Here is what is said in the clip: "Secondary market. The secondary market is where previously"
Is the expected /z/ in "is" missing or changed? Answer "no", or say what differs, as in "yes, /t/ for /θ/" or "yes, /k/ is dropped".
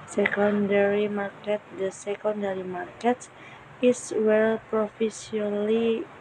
yes, /s/ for /z/